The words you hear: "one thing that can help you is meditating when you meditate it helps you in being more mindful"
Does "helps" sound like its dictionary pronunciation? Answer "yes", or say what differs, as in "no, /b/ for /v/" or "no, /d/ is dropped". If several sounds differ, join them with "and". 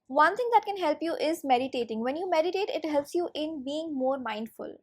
yes